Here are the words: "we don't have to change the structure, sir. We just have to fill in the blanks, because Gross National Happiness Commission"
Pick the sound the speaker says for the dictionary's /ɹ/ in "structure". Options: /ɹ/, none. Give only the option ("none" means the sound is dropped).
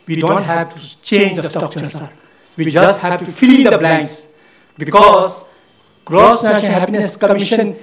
none